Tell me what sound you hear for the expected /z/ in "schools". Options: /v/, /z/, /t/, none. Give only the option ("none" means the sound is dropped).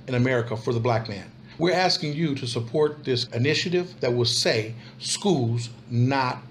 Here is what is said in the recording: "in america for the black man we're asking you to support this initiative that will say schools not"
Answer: /z/